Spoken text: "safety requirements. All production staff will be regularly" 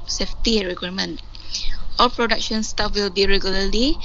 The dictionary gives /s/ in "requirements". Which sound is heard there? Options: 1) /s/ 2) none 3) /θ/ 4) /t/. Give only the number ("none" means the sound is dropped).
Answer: 2